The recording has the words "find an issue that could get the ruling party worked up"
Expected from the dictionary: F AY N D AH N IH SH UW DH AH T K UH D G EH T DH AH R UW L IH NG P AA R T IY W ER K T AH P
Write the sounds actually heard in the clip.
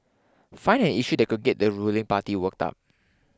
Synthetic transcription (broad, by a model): F AY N AH N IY SH UW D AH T K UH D G EH T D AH R UW L IH NG P AA T IY W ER K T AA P